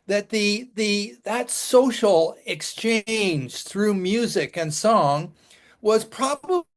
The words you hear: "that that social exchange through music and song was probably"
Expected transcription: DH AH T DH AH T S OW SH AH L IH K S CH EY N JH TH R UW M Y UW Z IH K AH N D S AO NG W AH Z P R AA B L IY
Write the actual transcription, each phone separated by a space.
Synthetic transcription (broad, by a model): DH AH T DH AH T S OW SH L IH K S CH EY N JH TH R UW M Y UW Z IH K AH N S AO NG W AH Z P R AA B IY